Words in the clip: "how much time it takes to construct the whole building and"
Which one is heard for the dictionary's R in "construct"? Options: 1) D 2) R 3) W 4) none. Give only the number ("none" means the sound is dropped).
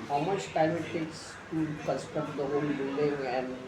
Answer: 4